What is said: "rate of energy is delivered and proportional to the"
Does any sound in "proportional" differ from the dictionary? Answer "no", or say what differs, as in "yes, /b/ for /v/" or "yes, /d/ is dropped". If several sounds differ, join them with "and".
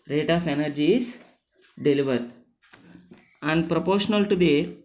no